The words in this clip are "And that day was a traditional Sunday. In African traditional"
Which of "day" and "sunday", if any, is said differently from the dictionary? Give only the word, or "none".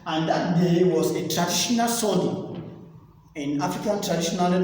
sunday